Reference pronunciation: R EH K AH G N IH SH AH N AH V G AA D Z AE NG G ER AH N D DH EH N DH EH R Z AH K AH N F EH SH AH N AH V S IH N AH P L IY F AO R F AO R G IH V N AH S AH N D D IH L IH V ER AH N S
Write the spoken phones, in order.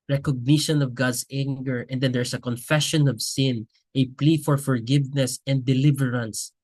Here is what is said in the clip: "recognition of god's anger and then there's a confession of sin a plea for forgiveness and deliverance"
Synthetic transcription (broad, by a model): R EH K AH G N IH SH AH N AH V G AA D S AE NG G ER AH N D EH N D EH R S AH K AH N F EH SH AH N AH V S IH N AH P L IY F AO R F AO R G IH V N AH S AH N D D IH L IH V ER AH N S